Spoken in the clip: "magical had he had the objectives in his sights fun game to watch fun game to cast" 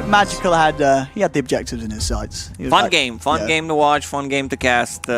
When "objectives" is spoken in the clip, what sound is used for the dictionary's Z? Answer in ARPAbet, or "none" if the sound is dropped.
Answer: Z